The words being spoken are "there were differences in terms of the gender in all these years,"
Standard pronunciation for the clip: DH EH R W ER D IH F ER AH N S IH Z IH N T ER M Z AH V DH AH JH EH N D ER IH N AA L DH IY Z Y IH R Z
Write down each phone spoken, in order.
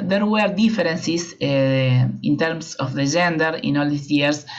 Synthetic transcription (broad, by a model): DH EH R W ER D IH F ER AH N S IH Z IH N T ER M S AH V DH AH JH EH N D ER IH N AA L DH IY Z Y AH R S